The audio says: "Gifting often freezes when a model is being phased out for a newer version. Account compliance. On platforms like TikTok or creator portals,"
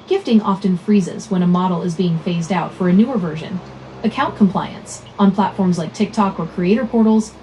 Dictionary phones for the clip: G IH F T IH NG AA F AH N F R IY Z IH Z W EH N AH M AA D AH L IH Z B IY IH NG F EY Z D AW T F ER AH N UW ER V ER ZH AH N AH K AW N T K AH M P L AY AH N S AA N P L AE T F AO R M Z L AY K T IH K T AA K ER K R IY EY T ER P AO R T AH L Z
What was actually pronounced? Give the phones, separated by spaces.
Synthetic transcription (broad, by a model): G IH F T IH NG AA F AH N F R IY Z IH Z W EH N AH M AA D L IH Z B IY IH NG F EY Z D AW T F ER AH N UW ER V ER ZH AH N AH K AW N K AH M P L AY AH N S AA N P L AE T F AO R M Z L AY K T IH K T AA K ER K R IY EY T ER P AO R T L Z